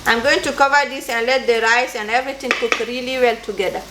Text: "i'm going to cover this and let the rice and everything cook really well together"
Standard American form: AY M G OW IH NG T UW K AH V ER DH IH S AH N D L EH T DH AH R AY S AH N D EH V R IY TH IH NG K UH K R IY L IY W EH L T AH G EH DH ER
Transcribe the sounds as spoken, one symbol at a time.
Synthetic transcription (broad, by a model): AY M G OW IH NG T UW K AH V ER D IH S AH N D L EH T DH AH R AY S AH N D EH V R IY T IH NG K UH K R IY L IY W EH L T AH G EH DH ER